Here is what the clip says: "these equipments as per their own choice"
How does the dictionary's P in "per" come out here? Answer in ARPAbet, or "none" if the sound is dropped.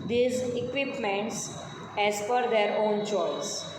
F